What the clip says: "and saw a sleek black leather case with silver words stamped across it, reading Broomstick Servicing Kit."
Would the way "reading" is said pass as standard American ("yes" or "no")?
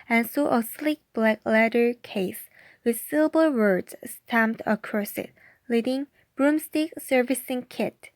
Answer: no